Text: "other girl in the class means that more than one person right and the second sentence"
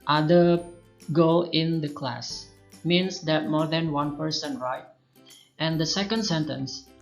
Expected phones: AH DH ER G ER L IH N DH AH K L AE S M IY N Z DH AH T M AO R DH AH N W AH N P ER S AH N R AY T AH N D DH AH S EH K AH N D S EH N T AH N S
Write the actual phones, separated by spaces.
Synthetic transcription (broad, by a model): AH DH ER G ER L IH N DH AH K L AE S M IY N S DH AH T M AO R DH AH N W AH N P ER S AH N R AY T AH N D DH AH S EH K AH N D S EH N T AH N S